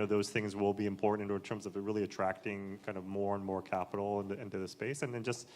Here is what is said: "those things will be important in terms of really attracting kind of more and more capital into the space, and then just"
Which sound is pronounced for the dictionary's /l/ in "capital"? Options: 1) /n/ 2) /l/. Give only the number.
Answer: 1